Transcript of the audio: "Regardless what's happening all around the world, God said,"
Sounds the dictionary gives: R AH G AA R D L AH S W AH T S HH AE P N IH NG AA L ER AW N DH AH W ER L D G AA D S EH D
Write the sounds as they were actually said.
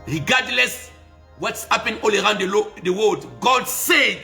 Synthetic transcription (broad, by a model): R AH G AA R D L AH S W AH T S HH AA P IH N AA L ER AW N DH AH W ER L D G AA D S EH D